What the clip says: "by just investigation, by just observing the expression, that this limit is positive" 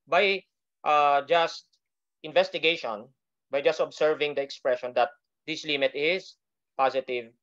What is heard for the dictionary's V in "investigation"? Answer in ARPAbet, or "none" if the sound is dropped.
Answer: V